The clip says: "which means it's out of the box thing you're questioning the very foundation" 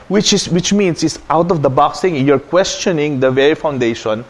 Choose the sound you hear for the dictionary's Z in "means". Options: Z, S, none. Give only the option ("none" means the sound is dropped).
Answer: S